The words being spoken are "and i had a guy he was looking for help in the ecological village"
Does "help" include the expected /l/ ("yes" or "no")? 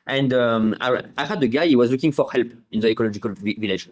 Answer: yes